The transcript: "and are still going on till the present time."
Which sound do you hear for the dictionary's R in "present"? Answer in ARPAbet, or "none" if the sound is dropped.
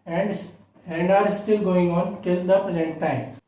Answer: L